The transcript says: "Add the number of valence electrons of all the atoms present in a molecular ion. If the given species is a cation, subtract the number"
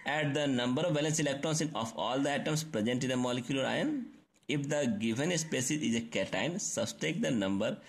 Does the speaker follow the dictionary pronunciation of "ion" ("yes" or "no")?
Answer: yes